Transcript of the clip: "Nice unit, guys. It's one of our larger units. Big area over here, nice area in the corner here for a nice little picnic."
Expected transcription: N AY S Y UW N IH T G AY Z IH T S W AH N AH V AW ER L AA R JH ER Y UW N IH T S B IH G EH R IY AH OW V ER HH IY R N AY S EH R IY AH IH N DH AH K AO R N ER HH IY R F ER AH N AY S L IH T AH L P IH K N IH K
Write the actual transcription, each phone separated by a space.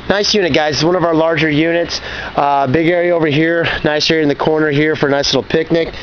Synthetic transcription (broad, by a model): N AY S Y UW N IH T G AY Z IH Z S W AH N AH V AW ER L AA R JH ER Y UW N IH T S B IH G EH R IY AH OW V ER HH IY R N AY S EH R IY IH N DH AH K AO R N ER HH IY R F ER N AY S L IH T L P IH K N IH K